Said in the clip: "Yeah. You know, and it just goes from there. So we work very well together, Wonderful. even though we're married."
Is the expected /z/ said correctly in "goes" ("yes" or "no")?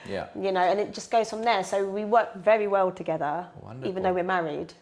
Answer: yes